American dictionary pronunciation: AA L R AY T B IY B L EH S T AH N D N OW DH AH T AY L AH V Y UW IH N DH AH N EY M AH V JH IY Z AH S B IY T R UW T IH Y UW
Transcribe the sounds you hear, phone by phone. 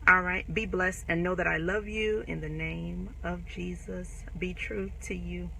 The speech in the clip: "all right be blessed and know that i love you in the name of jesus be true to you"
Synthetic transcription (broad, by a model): AA L R AY T B IY B L EH S T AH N N OW DH AH T AY L AH V Y UW IH N DH AH N EY M AH V JH IY Z AH S B IY T R UW T IH Y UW